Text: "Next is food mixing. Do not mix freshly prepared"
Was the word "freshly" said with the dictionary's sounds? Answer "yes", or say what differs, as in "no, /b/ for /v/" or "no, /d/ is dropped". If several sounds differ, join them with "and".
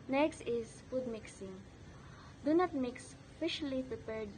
no, /ɹ/ is dropped